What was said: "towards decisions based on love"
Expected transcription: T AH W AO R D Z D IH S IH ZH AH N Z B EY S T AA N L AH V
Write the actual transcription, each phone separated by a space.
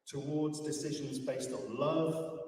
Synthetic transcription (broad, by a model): T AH W AO D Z D IH S IH ZH AH N Z B EY S T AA N L AH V